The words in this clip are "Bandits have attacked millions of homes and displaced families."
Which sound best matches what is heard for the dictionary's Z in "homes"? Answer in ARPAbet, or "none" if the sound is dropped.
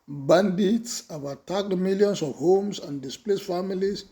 S